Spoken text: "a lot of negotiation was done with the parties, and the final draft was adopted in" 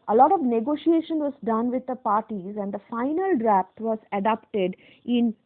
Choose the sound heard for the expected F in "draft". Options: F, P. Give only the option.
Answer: P